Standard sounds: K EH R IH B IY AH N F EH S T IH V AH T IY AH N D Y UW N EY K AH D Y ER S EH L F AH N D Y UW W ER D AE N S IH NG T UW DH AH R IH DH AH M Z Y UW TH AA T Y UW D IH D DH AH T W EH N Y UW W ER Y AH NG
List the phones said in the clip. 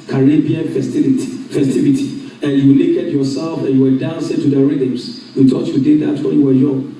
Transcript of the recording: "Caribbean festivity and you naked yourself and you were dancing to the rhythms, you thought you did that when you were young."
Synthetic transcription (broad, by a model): K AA R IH B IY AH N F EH S T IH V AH T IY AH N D Y UW L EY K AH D Y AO S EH L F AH N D Y UW W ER D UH N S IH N T UW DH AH R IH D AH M S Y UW T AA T Y UW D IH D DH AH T W EH N Y UW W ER Y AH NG